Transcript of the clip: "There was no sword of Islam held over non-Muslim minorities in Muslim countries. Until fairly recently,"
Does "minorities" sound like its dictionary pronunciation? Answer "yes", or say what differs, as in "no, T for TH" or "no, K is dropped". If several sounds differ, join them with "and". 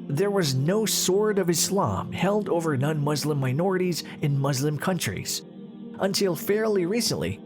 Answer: yes